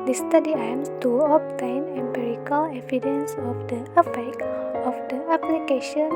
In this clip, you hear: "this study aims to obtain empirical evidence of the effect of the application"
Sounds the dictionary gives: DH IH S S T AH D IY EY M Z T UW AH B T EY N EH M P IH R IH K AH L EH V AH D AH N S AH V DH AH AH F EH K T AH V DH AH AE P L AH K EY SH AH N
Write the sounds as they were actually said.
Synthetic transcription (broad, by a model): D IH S S T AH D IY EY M S T UW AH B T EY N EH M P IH R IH K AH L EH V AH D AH N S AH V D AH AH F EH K AH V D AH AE P L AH K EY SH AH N